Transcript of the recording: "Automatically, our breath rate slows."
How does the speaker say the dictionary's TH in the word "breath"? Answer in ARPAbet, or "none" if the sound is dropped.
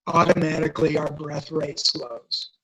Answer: TH